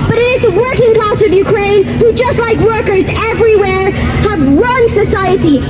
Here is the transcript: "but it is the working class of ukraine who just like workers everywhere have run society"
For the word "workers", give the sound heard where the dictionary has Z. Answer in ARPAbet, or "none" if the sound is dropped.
Z